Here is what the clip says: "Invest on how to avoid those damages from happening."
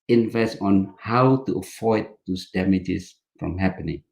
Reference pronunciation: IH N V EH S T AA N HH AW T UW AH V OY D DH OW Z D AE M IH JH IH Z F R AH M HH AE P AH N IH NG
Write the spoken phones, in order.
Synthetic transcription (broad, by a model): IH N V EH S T AA N HH AW T UW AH F OY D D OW S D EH M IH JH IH S F R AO M HH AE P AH N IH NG